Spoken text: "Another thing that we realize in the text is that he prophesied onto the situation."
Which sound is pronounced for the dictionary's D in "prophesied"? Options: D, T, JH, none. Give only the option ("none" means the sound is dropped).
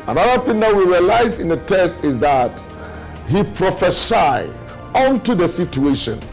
none